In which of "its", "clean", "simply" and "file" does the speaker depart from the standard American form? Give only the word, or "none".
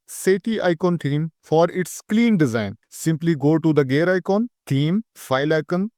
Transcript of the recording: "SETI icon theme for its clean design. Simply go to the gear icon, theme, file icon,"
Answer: none